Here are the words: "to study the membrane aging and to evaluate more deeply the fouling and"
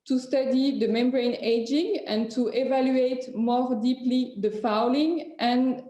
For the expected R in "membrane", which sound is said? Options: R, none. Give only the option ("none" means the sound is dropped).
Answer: R